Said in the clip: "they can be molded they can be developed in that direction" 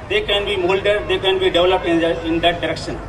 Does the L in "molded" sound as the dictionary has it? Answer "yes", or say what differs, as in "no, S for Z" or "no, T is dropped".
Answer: yes